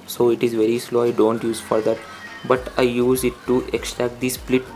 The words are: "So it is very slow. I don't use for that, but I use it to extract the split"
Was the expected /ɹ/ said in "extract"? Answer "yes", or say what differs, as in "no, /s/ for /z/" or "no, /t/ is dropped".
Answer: yes